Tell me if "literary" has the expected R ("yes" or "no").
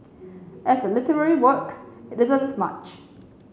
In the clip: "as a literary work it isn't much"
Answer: yes